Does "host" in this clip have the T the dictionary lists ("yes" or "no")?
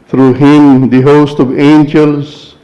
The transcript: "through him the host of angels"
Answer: yes